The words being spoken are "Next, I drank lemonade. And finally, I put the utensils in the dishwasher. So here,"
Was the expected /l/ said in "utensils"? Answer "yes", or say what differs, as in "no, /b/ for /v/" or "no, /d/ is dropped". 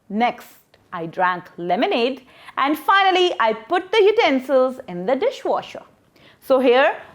yes